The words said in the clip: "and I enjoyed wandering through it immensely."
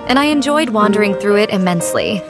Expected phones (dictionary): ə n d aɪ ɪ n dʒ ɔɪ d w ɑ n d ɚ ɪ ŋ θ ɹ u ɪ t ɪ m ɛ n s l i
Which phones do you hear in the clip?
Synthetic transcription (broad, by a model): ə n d aɪ ɪ n dʒ ɔɪ d w ɑ n d ɚ ɪ ŋ θ ɹ u ɪ t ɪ m ɛ n s l i